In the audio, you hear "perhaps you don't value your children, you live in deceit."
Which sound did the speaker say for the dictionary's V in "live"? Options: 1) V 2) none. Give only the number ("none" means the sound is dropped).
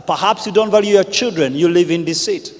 1